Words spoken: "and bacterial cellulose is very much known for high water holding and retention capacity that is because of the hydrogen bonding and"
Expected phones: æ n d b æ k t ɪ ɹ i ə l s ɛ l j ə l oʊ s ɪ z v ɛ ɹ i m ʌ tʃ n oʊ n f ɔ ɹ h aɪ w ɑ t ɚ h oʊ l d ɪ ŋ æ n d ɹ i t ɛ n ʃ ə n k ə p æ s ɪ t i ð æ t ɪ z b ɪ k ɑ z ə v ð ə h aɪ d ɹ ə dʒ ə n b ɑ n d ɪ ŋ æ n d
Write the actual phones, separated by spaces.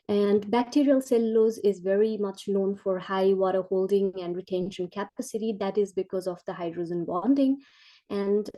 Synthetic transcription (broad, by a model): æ n d b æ k t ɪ ɹ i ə l s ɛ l l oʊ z ɪ z v ɛ ɹ i m ʌ tʃ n oʊ n f ɔ ɹ h aɪ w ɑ t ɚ h oʊ l d ɪ ŋ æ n d ɹ i t ɛ n ʃ ə n k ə p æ s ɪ t i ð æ t ɪ z b ɪ k ɑ z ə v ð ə h aɪ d ɹ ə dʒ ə n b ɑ n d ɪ ŋ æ n d